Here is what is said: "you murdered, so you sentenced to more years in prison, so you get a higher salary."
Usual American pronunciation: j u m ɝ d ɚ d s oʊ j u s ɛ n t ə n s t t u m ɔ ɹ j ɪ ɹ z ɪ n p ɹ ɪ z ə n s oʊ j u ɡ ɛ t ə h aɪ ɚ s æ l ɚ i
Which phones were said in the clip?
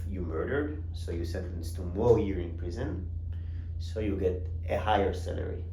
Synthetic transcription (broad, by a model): j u m ɝ d ɚ d s oʊ j u s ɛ n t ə n s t t u m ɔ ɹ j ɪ ɹ ɪ n p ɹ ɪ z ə n s oʊ j u ɡ ɛ t ə h aɪ ɚ s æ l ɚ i